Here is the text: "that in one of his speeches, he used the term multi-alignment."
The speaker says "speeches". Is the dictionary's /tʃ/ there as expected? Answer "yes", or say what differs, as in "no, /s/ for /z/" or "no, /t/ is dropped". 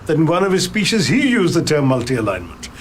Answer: no, /ʃ/ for /tʃ/